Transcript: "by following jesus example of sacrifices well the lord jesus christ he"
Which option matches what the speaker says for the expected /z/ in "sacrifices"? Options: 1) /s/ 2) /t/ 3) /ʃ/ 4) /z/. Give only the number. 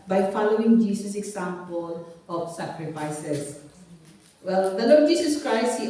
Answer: 1